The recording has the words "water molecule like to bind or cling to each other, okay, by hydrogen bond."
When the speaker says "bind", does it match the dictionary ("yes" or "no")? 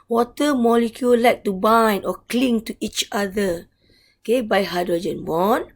no